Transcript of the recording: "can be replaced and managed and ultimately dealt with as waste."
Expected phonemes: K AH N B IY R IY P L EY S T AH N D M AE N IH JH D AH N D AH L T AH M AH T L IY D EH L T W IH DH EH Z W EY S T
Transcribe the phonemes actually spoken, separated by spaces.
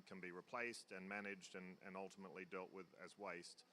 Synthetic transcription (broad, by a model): K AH N B IY R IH P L EY S T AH N M AE N IH JH D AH N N AH L T AH M AH T L IY D EH L T W IH DH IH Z W EY S T